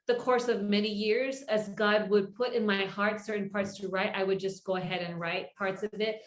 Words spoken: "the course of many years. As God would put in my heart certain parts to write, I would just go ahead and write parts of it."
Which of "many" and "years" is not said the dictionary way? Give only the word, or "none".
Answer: none